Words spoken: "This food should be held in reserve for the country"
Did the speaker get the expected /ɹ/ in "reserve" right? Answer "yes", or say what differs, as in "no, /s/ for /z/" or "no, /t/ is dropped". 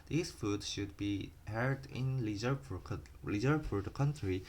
no, /l/ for /ɹ/